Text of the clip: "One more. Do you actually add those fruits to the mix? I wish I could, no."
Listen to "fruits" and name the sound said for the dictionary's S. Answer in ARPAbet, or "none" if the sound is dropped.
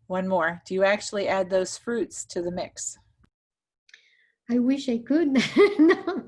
S